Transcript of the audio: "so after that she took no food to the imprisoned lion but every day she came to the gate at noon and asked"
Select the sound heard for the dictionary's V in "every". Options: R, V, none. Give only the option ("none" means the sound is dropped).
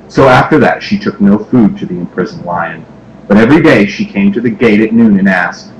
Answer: V